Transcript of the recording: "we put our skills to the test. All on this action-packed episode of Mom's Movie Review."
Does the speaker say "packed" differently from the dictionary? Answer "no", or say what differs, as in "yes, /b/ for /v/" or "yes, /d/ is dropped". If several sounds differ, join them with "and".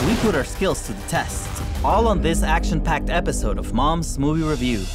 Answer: no